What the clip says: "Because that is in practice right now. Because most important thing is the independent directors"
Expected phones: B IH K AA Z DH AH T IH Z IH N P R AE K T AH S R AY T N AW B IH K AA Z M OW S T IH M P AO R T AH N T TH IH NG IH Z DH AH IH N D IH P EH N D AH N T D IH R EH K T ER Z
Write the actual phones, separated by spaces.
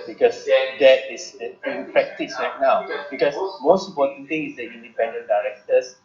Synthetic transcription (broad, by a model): B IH K AA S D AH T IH S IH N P EH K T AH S R AY T N AW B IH K AA S M OW S T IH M P AO T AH N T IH NG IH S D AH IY N D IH P EH N D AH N D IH R EH K T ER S